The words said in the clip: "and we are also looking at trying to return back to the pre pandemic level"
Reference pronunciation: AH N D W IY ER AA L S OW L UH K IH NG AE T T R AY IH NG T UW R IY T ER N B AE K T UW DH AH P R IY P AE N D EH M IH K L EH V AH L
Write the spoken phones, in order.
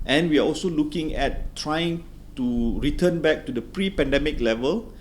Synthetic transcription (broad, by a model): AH N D W IY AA AA L S OW L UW K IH NG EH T T R AY IH NG T UW R IY T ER N B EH K T UW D AH P R IY P AE N D EH M IH K L EH V AH L